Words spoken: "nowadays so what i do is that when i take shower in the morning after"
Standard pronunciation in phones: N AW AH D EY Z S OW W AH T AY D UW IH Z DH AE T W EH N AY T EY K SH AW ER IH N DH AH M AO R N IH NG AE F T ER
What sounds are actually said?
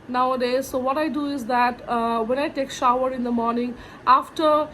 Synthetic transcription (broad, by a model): N AW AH D EY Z S OW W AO T AY D UW IH Z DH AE T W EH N AY T EY K SH AW ER IH N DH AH M AO R N IH NG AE F T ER